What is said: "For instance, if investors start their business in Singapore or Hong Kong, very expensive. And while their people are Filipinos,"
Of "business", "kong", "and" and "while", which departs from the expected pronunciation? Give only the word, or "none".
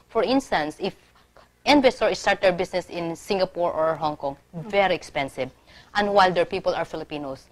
business